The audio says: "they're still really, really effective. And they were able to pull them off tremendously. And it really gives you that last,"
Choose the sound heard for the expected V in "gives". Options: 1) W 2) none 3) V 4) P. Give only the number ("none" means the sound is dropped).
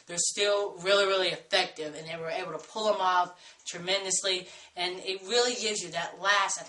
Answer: 2